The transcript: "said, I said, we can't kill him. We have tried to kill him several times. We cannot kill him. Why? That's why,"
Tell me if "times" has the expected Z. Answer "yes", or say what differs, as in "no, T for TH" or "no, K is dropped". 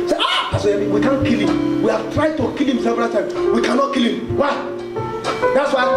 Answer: no, Z is dropped